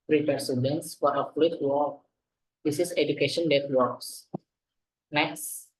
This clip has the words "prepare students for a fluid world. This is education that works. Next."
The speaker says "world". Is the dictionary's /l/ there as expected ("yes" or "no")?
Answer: no